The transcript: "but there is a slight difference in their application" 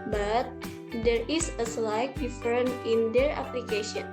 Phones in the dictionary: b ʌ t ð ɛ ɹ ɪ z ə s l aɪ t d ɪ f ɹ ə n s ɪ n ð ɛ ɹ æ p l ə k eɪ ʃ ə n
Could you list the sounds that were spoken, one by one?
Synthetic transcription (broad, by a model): b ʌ t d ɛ ɹ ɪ s ə s l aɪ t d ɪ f ɹ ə n ɪ n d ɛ ɹ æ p l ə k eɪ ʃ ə n